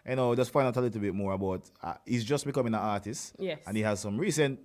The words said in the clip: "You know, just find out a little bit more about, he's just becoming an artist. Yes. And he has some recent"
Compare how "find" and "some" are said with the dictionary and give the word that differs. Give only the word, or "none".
find